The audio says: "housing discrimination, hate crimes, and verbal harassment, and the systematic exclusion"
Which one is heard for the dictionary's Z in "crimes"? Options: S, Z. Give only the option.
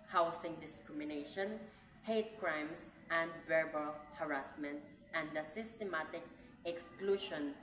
S